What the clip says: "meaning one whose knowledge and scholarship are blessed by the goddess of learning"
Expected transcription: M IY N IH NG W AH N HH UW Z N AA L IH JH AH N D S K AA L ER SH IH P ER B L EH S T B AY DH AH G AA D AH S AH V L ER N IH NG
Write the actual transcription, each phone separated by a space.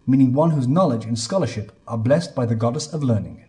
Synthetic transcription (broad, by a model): M IY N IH NG W AH N HH UW Z N AA L IH JH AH N S K AA L ER SH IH P ER B L EH S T B AY DH AH G AA D AH S AH V L ER N IH NG